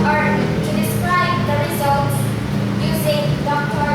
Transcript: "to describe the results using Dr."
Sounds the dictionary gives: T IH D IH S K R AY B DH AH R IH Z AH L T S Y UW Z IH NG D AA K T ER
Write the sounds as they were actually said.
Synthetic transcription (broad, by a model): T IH D IH S K R AY B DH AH R IH Z AH L T S Y UW Z IH NG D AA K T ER